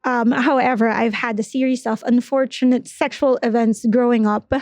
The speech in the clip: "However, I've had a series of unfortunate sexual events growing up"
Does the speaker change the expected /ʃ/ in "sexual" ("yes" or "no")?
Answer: no